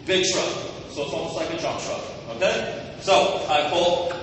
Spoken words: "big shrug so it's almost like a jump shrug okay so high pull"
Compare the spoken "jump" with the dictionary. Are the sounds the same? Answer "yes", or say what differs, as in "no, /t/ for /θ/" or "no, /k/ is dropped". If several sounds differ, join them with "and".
no, /m/ is dropped